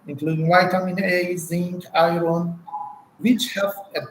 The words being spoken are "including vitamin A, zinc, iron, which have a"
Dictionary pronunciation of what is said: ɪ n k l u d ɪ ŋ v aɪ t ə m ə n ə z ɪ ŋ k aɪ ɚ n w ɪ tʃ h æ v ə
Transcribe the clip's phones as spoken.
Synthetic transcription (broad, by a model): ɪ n k l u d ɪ ŋ w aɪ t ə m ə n ə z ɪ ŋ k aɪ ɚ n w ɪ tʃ h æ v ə